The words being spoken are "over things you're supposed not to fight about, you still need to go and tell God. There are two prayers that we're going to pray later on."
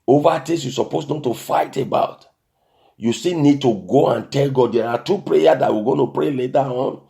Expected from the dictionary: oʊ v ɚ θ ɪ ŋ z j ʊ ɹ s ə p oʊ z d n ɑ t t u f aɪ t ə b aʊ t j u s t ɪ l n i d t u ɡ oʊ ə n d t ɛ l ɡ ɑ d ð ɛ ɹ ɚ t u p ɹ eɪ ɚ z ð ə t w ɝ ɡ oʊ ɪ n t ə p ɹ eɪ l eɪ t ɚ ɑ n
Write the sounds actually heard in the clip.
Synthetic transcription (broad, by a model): oʊ v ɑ t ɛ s j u s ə p oʊ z n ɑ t t u f aɪ t ə b aʊ t j u s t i n i d t u ɡ oʊ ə n t ɛ l ɡ ɑ d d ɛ ɹ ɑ t u p ɹ eɪ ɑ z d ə t w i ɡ oʊ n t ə p ɹ eɪ l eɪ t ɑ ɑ n